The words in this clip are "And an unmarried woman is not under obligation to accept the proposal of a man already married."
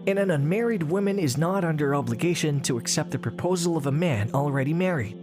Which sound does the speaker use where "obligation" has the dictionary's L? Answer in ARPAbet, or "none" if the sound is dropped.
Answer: L